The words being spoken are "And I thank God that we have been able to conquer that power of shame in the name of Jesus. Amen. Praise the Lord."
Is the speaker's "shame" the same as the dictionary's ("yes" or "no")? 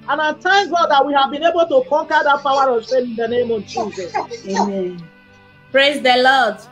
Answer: no